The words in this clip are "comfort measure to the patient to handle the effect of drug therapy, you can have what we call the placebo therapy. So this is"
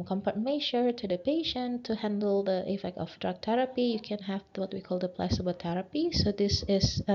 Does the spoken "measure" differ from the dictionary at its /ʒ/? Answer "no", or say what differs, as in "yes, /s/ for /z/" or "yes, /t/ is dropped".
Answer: yes, /ʃ/ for /ʒ/